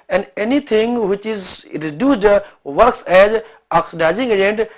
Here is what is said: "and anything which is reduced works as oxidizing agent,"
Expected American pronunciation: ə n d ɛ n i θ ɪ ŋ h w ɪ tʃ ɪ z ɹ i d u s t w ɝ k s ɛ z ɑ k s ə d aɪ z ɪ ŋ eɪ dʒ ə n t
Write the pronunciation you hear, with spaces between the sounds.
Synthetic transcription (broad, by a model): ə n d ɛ n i t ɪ ŋ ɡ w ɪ tʃ ɪ z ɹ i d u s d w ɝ k s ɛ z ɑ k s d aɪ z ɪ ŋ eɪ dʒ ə n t